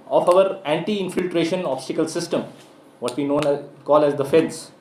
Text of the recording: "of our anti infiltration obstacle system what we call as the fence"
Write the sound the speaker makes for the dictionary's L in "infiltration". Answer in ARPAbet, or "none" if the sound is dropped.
L